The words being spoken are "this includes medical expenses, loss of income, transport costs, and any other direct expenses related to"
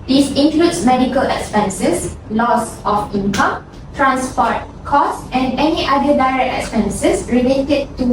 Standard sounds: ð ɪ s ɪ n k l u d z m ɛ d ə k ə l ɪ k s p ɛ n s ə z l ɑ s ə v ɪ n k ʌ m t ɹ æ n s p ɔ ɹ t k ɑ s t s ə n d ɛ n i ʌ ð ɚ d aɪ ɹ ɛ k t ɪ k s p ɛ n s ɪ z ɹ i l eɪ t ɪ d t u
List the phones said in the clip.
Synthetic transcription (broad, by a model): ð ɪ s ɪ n k l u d s m ɛ d ə k ə l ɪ k s p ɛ n s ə s l ɑ s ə f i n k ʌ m t ɹ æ n s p ɔ t k ɑ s s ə n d ɛ n i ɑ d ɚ d aɪ ɹ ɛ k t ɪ k s p ɛ n s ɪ s ɹ i l eɪ t ɪ d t u